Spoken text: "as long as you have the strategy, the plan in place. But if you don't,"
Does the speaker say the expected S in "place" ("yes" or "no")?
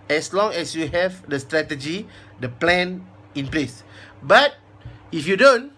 yes